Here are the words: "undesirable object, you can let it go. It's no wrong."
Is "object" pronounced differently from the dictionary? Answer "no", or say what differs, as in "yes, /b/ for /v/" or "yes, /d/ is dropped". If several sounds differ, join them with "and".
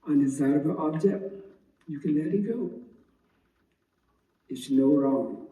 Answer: no